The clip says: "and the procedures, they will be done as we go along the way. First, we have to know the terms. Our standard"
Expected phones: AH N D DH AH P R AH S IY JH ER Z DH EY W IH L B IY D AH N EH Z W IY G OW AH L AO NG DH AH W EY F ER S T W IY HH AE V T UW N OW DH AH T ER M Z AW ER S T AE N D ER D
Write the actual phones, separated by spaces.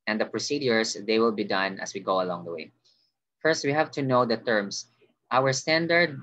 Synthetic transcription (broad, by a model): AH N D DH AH P R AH S IY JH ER S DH EY W IH L B IY D AH N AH S W IY G OW AH L AO NG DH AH W EY F ER S T W IY HH AE V T UW N OW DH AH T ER M S AW ER S T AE N D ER D